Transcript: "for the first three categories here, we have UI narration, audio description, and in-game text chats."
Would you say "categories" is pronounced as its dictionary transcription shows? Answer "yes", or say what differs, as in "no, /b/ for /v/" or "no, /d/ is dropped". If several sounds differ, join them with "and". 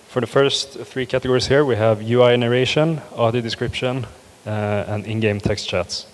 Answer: no, /s/ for /z/